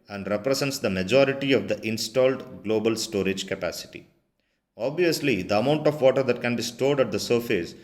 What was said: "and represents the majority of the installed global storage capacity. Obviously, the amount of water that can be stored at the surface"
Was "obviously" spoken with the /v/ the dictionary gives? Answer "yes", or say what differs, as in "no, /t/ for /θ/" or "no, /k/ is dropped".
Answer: yes